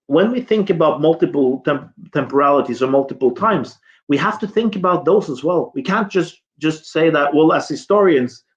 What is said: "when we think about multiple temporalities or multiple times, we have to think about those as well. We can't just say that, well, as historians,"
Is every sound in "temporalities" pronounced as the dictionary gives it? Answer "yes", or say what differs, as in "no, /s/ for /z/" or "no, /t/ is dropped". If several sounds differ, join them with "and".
yes